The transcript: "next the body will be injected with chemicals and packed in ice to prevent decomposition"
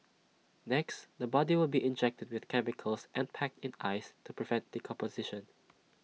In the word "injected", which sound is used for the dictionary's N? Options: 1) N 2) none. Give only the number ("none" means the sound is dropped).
1